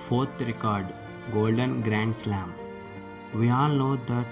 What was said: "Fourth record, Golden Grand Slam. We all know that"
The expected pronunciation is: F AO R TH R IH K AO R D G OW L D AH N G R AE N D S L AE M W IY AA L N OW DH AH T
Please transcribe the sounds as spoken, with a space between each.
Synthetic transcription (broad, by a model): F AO R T R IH K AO R D G OW L D AH N G R AE N D S L AE M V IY AA L N OW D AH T